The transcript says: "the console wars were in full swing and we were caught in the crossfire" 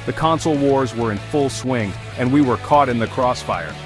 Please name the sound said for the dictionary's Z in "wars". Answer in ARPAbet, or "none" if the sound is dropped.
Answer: Z